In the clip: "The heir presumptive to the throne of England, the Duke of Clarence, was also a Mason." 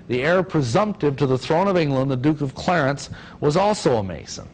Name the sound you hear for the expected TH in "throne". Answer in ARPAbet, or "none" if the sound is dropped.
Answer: TH